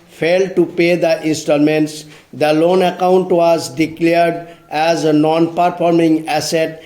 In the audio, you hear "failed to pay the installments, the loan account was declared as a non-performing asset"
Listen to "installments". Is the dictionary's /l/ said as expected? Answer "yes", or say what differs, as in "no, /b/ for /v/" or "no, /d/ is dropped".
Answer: no, /l/ is dropped